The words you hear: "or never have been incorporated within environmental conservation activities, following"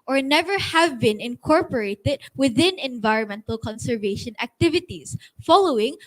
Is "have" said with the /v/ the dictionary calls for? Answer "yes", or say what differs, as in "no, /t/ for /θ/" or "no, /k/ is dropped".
yes